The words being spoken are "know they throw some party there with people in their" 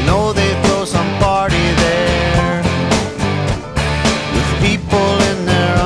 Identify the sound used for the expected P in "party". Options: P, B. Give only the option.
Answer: B